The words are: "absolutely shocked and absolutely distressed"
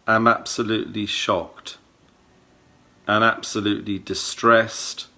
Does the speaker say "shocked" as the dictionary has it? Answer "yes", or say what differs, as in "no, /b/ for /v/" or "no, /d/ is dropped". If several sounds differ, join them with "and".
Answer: yes